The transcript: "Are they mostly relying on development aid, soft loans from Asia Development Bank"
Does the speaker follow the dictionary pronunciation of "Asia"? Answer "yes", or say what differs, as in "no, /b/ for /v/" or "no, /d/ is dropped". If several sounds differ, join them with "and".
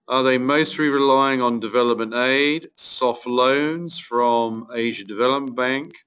yes